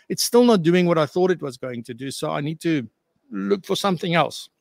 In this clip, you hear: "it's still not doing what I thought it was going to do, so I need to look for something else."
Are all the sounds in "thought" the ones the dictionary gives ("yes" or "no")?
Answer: yes